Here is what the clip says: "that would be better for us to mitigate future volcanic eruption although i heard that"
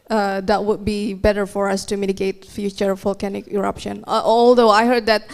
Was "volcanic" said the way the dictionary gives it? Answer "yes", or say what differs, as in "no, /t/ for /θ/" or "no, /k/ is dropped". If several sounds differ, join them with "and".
no, /f/ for /v/